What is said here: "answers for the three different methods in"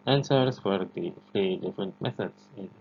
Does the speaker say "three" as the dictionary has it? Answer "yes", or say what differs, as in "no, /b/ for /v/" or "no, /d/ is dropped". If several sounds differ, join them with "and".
no, /f/ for /θ/